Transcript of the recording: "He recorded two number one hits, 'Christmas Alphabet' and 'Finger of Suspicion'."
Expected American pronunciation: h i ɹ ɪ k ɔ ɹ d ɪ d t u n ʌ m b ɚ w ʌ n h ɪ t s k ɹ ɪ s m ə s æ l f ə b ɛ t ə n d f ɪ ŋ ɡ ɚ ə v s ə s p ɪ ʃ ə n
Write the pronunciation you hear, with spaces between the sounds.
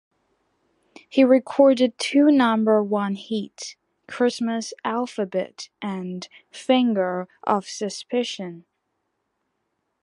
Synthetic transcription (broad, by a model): h i ɹ ɪ k ɔ ɹ d ɪ d t u n ʌ m b ɚ w ʌ n h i t k ɹ ɪ s m ə s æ l f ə b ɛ t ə n f ɪ ŋ ɡ ɚ ə v s ə s p ɪ ʃ ə n